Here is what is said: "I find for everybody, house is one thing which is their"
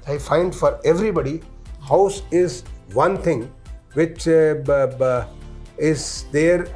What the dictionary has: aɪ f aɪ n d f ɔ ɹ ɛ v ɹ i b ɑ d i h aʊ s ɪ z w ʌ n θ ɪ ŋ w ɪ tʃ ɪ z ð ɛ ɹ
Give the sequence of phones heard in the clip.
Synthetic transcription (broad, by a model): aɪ f aɪ n d f ɔ ɹ ɛ v ɹ i b ɑ d i h aʊ s ɪ z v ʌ n t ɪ ŋ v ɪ tʃ ɪ z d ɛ ɹ